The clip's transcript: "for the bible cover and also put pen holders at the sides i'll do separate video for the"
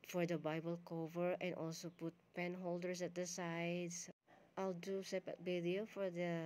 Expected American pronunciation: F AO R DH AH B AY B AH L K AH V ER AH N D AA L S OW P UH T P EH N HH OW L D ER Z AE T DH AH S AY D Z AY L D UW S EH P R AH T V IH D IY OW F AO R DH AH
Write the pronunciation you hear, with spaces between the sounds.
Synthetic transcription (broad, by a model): F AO R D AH B AY B AH L K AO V ER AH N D AA L S OW P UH T P EH N HH OW L D ER S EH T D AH S AY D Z AY L D UW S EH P AH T B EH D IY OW F AO R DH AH